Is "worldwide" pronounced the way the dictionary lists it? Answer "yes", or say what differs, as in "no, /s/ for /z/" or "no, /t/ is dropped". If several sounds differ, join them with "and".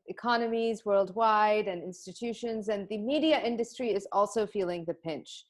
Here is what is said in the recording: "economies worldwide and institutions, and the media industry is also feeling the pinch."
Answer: yes